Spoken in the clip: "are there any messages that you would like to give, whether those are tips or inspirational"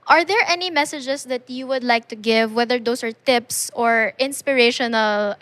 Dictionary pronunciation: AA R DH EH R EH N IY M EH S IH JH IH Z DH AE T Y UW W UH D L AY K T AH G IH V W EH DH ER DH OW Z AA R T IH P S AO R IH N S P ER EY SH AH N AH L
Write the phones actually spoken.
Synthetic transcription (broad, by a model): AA R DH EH R EH N IY M EH S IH JH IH S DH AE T Y UW W UH D L AY K T AH G IH V W EH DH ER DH OW S AA R T IH P S AO R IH N S P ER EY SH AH N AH L